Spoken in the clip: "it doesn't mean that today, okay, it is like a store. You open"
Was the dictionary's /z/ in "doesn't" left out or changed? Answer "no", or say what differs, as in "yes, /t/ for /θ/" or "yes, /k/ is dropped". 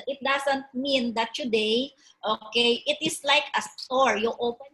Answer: yes, /s/ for /z/